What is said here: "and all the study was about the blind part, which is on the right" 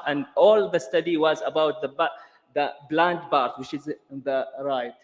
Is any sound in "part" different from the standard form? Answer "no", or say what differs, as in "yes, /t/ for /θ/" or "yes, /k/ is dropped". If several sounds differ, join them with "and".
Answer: yes, /b/ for /p/